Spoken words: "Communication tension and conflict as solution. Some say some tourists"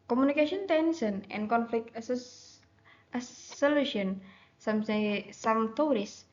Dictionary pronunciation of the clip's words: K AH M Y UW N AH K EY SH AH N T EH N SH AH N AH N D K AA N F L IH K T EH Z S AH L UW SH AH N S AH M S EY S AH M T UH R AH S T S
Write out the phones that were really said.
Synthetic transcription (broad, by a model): K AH M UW N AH K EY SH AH N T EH N S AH N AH N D K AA N F L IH K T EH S S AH L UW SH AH N S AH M S EY S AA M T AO R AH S S